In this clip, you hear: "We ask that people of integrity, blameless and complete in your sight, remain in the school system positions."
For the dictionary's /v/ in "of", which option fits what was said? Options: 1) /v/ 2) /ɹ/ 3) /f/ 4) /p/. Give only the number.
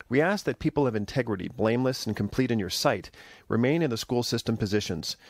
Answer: 1